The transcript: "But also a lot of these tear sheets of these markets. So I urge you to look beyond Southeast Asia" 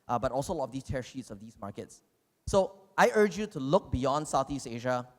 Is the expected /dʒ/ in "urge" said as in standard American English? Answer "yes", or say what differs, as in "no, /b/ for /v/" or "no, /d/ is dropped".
yes